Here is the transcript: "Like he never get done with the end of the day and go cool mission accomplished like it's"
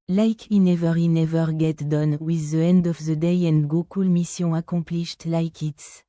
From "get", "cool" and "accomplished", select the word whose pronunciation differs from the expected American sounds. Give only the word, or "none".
accomplished